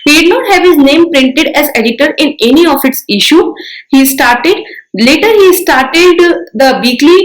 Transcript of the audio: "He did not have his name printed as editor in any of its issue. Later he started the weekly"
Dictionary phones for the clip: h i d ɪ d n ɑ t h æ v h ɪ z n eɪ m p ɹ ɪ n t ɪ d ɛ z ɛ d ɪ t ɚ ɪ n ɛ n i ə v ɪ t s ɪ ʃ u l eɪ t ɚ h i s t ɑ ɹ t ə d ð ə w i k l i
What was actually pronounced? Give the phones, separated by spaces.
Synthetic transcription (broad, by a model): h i d ɪ d n ɑ t h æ v h ɪ z n eɪ m p ɹ ɪ n t ɪ d ɛ z ɛ d ɪ t ɚ ɪ n ɛ n i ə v ɪ t s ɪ ʃ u l eɪ t ɚ h i s t ɑ ɹ t ə d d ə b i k l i